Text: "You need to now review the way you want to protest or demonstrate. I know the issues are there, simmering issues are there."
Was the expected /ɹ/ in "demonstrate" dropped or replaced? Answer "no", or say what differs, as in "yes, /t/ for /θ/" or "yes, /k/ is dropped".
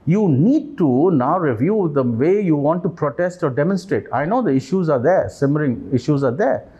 no